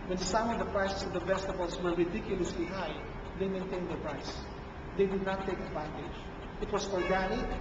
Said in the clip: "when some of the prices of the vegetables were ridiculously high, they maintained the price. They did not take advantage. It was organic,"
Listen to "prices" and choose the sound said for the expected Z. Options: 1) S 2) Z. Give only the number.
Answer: 1